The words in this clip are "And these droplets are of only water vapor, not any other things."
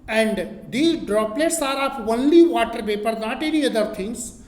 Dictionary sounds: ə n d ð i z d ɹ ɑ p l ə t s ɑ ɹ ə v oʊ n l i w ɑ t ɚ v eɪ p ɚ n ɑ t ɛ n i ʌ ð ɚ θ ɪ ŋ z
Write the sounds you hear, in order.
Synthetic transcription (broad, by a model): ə n d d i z d ɹ ɑ p l ə t s ɑ ɹ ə p oʊ n l i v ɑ t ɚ p eɪ p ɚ n ɑ t ɛ n i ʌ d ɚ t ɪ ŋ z